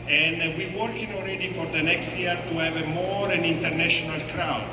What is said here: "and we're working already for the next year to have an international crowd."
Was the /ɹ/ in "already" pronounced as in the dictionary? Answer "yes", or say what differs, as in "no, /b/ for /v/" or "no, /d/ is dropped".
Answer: no, /l/ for /ɹ/